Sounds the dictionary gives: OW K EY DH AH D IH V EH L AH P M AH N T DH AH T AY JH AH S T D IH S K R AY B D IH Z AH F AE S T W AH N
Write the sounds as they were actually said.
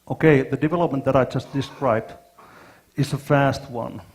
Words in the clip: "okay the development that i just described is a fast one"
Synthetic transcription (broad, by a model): OW K EY DH AH D IH V EH L AH P M AH N T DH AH T AY JH AH S T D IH S K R AY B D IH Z AH F AE S T W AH N